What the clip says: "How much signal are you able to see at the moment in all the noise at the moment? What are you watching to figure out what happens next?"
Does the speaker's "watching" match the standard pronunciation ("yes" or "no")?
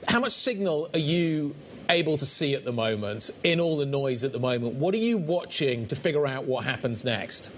yes